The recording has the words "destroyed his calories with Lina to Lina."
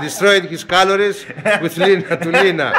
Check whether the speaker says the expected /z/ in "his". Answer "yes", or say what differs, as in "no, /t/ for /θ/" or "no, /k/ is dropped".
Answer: no, /s/ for /z/